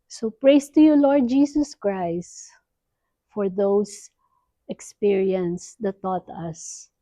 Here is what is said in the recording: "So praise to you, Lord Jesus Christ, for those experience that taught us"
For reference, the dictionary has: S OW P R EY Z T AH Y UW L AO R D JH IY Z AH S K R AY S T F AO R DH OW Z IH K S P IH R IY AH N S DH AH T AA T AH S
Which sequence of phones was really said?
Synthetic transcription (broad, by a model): S OW P R EY S T AH Y UW L AO R D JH IY S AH S K R AY S T F AO R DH OW S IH K S P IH R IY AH N S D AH T AA T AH S